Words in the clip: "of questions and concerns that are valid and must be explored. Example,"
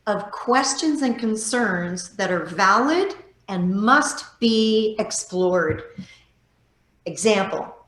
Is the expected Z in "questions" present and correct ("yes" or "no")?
yes